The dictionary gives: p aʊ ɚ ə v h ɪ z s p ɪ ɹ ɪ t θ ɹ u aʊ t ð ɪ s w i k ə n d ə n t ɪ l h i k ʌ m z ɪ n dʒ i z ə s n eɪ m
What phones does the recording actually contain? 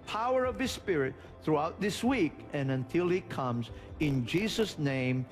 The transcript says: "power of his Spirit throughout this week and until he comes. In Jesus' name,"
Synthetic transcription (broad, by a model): p aʊ ɚ ə v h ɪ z s p ɪ ɹ ɪ t θ ɹ u aʊ t ð ɪ s w i k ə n ə n t ɪ l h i k ʌ m z ɪ n dʒ i z ə s n eɪ m